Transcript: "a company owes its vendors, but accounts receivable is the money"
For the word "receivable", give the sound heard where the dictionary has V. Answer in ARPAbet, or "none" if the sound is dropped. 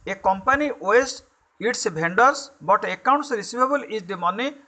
B